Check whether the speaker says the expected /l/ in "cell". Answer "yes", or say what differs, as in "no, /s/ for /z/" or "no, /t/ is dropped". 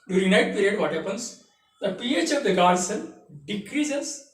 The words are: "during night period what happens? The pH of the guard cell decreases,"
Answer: no, /n/ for /l/